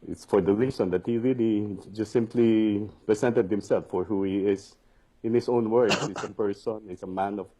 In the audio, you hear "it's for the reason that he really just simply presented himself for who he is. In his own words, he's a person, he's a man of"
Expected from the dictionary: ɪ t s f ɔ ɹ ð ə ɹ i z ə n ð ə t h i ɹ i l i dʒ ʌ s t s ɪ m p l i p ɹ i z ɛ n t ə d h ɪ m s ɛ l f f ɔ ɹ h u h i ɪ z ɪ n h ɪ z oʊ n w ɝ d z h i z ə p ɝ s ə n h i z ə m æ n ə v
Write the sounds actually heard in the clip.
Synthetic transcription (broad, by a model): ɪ t s f ɔ ɹ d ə ɹ i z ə n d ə t h i ɹ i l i dʒ ʌ s t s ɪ m p l i p ɹ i s ɛ n t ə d h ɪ m s ɛ l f f ɔ ɹ h u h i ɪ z ɪ n h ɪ s oʊ n w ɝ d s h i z ə p ɝ s ə n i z ə m æ n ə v